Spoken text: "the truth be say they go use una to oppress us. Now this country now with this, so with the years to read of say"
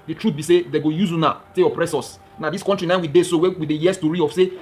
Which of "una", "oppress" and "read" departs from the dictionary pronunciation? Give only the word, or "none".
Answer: read